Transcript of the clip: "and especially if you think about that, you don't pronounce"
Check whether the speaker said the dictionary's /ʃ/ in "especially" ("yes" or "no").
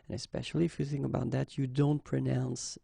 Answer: yes